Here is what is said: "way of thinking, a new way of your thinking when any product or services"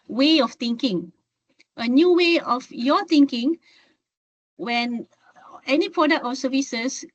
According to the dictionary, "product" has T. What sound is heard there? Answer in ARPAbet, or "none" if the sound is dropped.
T